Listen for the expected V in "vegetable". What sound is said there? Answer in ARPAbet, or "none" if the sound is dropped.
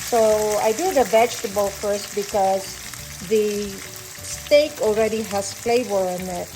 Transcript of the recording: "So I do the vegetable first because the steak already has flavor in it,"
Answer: B